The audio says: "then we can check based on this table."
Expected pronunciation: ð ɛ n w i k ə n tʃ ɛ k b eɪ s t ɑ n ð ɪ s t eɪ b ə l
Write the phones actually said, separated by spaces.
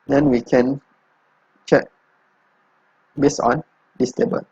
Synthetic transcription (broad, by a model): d ɛ n w i k ə n tʃ ɛ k b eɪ s ɑ n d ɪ s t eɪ b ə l